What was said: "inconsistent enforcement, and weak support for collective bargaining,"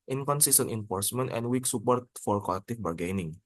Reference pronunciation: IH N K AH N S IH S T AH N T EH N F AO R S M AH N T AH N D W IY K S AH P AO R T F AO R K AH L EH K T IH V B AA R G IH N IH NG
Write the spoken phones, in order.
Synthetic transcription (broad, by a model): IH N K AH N S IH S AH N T EH N F AO R S M AH N T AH N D W IY K S AH P AO R T F AO R K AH L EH K T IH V B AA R G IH N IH NG